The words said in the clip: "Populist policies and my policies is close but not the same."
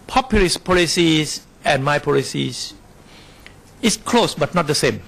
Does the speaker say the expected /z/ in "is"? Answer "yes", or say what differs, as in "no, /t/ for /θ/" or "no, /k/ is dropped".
no, /s/ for /z/